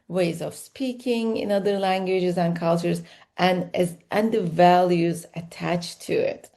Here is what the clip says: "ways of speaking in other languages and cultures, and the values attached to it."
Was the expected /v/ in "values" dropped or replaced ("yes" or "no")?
no